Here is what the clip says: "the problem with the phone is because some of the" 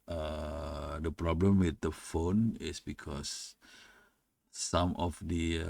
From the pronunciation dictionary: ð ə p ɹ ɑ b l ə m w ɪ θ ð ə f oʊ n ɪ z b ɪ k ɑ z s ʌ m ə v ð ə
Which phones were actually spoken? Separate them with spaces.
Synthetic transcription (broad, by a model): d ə p ɹ ɑ b l ə m w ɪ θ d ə f oʊ n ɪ s b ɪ k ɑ s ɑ m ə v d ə